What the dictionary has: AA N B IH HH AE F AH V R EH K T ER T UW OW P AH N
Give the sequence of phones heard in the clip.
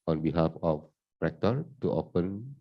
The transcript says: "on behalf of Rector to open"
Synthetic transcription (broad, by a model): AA N B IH HH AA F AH P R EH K T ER T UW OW P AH N